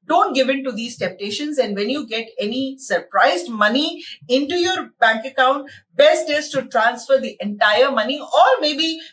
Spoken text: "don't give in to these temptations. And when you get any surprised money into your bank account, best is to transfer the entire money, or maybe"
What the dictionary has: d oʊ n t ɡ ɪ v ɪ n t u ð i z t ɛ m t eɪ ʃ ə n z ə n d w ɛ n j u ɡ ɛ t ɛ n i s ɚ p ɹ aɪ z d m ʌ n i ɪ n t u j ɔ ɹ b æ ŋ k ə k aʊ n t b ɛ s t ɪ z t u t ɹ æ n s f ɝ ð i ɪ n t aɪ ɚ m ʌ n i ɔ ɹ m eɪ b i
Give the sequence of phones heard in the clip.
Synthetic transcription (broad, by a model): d oʊ n t ɡ ɪ v ɪ n t u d i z t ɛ m t eɪ ʃ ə n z ə n d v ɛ n j u ɡ ɛ t ɛ n i s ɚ p ɹ aɪ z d m ʌ n i ɪ n t u j ɔ ɹ b æ ŋ k ə k aʊ n t b ɛ s t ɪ s t u t ɹ æ n s f ɝ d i ɪ n t aɪ ɚ m ʌ n i ɔ ɹ m eɪ b i